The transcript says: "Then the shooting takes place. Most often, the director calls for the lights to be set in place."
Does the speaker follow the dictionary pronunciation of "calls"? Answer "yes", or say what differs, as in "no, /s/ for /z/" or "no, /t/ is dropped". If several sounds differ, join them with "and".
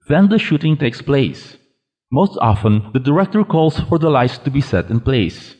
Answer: no, /s/ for /z/